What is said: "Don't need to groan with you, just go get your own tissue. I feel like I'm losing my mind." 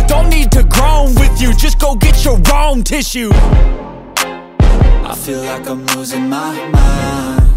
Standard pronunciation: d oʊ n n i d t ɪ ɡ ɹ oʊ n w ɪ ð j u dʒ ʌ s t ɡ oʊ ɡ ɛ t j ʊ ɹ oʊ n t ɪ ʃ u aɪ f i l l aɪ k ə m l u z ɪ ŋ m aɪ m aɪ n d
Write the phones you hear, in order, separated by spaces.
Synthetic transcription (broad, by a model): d oʊ n n i d t ɪ ɡ ɹ oʊ n w ɪ ð j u dʒ ʌ s ɡ oʊ ɡ ɛ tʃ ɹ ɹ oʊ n t ɪ ʃ u aɪ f i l l aɪ k ə m w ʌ z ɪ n m aɪ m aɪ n